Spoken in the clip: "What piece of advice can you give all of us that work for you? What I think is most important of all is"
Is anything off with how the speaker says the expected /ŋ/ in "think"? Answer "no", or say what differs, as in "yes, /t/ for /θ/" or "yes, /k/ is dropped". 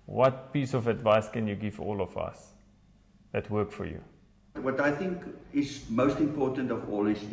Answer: no